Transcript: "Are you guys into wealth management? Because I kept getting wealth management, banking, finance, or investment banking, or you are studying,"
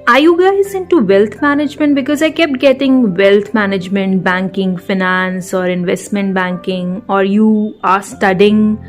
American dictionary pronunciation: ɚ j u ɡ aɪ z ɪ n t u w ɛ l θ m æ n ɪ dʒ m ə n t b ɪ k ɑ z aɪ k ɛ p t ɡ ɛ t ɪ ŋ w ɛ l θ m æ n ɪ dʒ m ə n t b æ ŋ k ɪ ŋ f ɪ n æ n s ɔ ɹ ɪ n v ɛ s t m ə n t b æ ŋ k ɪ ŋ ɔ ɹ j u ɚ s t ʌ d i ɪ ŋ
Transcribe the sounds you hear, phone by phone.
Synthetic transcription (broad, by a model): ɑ j u ɡ aɪ z ɪ n t u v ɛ l t m æ n ɪ dʒ m ə n t b ɪ k ɑ z aɪ k ɛ p t ɡ ɛ t ɪ ŋ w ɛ l t m æ n ɪ dʒ m ə n t b æ ŋ k ɪ ŋ f ɪ n æ n s ɔ ɹ ɪ n v ɛ s t m ə n t b æ ŋ k ɪ ŋ ɔ ɹ j u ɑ s t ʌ d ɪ ŋ